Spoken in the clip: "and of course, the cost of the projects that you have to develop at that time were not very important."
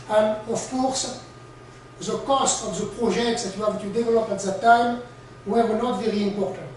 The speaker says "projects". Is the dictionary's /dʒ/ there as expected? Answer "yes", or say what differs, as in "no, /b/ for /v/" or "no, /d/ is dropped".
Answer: no, /ʒ/ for /dʒ/